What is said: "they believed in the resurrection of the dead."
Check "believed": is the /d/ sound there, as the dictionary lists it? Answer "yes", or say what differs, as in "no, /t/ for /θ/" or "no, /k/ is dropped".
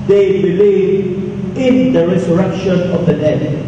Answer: no, /d/ is dropped